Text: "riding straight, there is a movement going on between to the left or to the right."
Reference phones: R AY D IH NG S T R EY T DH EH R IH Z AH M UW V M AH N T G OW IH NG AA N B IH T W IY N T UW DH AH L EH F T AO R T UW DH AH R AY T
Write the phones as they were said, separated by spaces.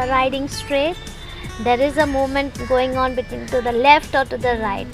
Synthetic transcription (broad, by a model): R AY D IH NG S T R EY T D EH R IH Z AH M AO M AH N T G OW IH NG AA N B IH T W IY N T UW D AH L EH F T AO R T UW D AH R AY T